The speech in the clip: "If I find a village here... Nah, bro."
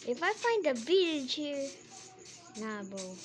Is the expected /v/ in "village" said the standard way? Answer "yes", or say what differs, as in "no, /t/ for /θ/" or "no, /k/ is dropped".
no, /b/ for /v/